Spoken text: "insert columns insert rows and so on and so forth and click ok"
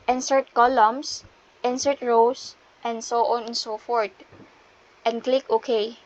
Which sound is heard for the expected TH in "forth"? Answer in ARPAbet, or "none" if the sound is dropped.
T